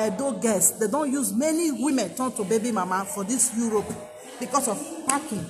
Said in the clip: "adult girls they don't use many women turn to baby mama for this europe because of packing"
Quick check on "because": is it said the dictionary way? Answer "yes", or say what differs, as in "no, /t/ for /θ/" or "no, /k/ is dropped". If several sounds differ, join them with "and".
no, /s/ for /z/